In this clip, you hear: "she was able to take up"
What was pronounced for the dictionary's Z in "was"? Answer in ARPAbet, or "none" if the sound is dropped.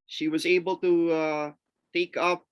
Z